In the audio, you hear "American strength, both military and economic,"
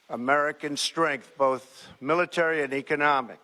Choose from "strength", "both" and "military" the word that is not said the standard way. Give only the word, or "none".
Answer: none